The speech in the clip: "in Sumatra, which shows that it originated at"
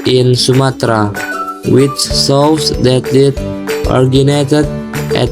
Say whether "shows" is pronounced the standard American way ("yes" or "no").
no